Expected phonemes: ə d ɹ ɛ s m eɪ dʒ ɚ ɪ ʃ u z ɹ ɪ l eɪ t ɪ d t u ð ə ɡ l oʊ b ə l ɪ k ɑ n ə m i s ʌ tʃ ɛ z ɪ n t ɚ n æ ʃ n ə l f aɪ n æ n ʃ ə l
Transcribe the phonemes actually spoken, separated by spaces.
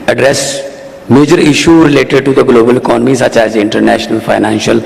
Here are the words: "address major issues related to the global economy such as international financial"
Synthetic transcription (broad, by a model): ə d ɹ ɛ s m eɪ dʒ ɚ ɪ ʃ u ɹ ɪ l eɪ t ɪ d t u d ə ɡ l oʊ b ə l ɪ k ɑ n ə m i s ʌ tʃ ɛ z ɪ n t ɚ n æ ʃ n ə l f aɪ n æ n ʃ ə l